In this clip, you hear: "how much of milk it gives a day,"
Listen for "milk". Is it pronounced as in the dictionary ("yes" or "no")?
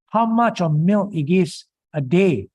no